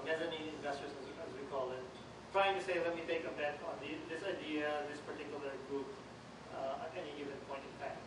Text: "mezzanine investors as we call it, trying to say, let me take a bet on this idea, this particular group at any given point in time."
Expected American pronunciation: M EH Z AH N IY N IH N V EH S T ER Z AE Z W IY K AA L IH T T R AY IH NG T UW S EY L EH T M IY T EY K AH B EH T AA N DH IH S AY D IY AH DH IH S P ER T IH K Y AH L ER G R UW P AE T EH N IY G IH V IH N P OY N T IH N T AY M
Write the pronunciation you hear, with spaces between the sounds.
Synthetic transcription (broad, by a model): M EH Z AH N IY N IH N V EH S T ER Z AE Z W IY K AA L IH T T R AY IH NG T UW S EY L EH T M IY T EY K AH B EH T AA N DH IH S AY D IY AH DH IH S P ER T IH K Y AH L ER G UW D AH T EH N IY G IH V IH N P OY N T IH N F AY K